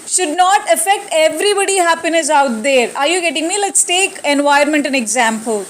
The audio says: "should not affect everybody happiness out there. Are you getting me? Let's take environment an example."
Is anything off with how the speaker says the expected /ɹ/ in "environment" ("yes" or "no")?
yes